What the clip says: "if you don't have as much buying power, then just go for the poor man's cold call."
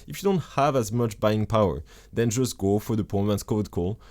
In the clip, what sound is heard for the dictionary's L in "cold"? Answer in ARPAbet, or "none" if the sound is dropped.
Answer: none